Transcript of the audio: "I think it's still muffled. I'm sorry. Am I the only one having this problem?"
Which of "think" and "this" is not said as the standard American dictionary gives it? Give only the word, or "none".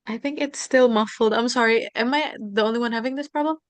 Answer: none